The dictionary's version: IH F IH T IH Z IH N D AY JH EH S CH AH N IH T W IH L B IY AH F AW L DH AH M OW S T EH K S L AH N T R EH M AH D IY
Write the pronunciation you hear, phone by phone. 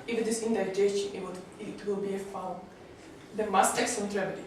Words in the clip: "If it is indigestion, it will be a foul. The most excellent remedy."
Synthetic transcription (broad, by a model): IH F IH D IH S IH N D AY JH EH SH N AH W IH T W IH L B IY AH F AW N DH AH M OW S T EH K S AH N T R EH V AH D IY